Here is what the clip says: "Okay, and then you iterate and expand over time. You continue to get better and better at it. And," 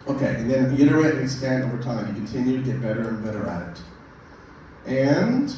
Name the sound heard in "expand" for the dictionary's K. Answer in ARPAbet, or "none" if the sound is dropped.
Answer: none